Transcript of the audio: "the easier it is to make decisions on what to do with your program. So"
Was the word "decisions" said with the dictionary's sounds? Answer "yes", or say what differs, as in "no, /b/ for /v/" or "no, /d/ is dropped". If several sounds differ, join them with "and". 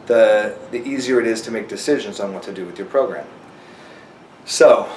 yes